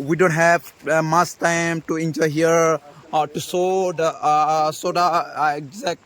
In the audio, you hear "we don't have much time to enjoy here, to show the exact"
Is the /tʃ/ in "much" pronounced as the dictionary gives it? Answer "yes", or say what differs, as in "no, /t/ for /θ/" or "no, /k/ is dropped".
no, /s/ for /tʃ/